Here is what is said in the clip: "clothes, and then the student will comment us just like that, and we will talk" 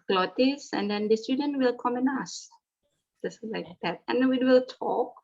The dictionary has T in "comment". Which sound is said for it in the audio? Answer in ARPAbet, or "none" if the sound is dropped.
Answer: none